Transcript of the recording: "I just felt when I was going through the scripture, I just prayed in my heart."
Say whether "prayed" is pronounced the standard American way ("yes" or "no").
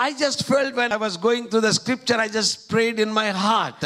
yes